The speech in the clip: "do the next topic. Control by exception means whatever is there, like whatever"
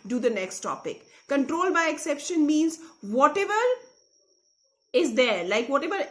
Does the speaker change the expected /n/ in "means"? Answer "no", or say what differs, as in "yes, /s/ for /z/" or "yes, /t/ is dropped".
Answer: no